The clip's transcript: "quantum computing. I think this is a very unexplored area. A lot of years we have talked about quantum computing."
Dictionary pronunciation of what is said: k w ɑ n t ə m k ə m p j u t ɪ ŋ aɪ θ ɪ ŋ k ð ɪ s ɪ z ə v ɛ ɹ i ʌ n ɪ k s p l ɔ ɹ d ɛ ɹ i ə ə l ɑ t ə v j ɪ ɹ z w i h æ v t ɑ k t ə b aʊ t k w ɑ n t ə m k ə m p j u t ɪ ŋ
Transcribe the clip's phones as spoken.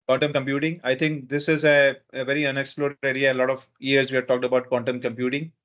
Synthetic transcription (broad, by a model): k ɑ n t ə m k ə m p j u t ɪ ŋ aɪ t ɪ ŋ k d ɪ s ɪ z ə v ɛ ɹ i ʌ n ɪ k s p l ɔ ɹ d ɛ i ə ə l ɑ t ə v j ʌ ɹ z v i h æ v t ɑ k t ə b aʊ t k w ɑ n t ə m k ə m p j u t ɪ ŋ